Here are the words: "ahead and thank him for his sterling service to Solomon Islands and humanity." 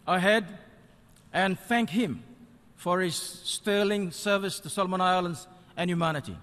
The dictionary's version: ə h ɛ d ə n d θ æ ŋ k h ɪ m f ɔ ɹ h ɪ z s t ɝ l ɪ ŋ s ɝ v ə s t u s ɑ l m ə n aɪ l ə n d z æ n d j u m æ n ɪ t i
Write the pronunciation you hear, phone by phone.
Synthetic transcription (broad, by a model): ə h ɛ d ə n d θ æ ŋ k h ɪ m f ɔ ɹ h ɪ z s t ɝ l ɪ ŋ s ɝ v ə s t u s ɑ l m ə n aɪ l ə n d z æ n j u m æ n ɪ t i